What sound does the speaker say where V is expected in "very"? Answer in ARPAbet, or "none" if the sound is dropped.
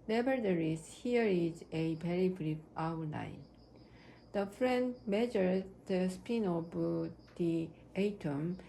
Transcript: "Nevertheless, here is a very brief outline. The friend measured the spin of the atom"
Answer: B